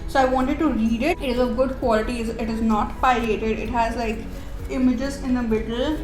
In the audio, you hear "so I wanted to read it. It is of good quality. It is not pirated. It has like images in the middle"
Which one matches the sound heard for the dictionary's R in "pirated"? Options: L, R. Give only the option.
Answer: L